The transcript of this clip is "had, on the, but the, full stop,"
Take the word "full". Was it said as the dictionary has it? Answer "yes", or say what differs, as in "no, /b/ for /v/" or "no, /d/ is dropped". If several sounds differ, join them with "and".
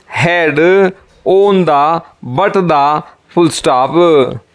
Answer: no, /p/ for /f/